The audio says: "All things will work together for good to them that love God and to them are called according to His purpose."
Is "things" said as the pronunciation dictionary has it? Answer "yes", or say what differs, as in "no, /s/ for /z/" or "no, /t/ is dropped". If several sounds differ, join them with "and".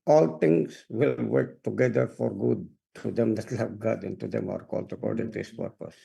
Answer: no, /t/ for /θ/